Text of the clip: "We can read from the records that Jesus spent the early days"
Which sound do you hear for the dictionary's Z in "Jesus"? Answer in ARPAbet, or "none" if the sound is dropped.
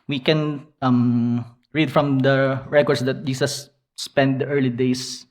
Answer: S